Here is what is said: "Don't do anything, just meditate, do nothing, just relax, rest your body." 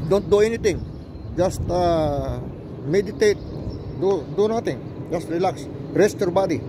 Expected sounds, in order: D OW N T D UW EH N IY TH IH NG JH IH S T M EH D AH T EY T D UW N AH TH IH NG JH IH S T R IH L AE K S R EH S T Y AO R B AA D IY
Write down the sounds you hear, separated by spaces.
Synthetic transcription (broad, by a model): D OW N T D UW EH N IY T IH NG JH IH S T M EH D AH T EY T D UW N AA T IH NG JH IH S T R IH L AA K S R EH S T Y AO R B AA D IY